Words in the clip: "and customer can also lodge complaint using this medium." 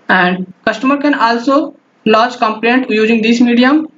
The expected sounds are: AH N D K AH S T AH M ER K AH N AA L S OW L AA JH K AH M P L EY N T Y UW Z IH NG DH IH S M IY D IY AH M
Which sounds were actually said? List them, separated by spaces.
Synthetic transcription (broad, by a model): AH N D K AH S T AH M ER K AH N AA L S OW L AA CH K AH M P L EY N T Y UW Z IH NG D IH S M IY D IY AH M